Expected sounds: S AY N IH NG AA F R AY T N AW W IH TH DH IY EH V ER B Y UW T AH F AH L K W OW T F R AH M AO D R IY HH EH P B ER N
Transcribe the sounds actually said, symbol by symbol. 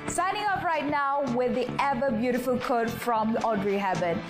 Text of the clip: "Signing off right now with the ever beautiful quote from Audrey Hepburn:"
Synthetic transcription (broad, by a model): S AY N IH NG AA P R AY T N AW W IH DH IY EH V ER B Y UW T AH F AH L K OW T F R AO M AO D R IY HH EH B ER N